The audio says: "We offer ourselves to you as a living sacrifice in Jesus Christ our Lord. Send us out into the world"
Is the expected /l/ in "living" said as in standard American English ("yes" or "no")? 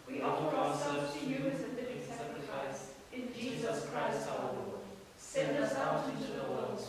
no